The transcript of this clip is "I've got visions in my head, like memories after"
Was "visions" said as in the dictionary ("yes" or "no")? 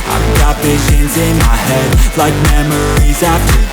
yes